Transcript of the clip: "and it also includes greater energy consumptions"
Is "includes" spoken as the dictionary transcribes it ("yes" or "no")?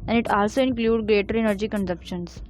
no